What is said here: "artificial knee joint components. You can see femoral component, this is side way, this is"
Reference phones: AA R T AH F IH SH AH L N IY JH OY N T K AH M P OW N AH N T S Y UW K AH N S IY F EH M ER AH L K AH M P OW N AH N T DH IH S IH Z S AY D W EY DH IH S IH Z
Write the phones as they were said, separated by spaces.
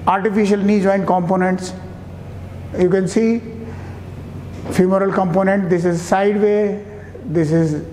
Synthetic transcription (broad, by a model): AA R T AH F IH SH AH L N IY JH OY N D K AH M P OW N AH N T S Y UW K AH N S IY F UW M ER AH L K AH M P OW N AH N T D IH S IH Z S AY D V EY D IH S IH Z